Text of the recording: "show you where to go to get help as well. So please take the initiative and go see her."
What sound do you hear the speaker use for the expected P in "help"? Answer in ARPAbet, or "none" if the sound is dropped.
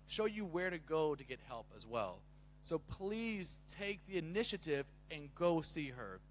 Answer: P